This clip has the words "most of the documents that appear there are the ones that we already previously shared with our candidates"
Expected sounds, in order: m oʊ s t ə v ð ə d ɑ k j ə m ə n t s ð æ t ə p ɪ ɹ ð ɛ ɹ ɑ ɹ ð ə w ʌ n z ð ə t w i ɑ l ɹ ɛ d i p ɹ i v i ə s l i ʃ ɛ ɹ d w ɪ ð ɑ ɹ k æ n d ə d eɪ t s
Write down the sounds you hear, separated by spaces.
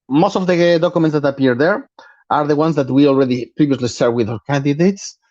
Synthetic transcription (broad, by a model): m oʊ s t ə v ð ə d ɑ k j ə m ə n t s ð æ t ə p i ɹ ð ɛ ɹ ɑ ɹ ð ə w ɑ n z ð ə t w i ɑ l ɹ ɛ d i p ɹ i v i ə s l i s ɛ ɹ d w ɪ ð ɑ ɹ k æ n d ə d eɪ t s